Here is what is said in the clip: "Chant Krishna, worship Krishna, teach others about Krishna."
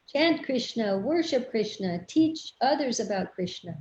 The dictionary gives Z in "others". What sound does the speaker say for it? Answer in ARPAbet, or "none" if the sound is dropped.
Z